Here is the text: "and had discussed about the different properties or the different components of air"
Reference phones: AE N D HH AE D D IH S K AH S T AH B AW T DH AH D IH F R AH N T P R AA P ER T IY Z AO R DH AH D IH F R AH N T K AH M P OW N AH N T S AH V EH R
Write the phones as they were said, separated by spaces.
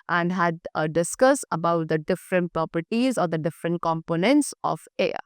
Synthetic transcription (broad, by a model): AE N D HH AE D D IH S K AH S AH B AW T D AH D IH F R AH N T P R AA P ER T IY Z AO R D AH D IH F R AH N T K AH M P OW N AH N T S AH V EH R